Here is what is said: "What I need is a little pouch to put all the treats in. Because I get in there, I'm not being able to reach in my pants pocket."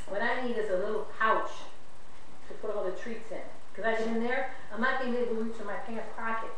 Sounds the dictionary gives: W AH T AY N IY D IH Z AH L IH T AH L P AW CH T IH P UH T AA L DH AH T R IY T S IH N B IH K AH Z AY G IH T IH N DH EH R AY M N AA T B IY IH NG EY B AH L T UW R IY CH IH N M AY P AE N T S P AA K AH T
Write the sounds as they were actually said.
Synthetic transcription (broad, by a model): W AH T AY N IY D IH Z AH L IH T L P AW CH T IH P UH T AA L DH AH T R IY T S IH N K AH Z AY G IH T IH N DH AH R AY M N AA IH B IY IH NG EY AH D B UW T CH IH M AY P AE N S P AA K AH T